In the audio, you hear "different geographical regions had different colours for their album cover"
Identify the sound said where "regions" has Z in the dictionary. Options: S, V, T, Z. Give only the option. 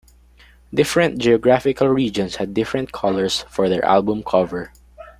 S